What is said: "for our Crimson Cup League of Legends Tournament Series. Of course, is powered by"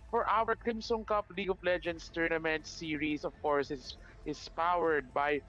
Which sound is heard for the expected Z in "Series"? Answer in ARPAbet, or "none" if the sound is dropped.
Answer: S